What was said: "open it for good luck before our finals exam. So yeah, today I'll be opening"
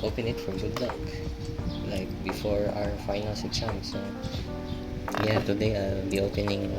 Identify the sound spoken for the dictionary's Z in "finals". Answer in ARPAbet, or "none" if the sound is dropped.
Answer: S